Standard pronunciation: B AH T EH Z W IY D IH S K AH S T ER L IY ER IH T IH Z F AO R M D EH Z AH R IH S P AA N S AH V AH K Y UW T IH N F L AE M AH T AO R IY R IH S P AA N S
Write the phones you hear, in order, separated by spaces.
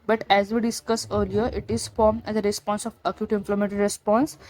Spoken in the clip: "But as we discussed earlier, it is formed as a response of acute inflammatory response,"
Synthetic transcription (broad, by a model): B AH T EH Z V IY D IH S K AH S ER L IY ER IH T IH Z F AO R M D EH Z AH R IH S P AA N S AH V AH K Y UW T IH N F L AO M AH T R R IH S P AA N S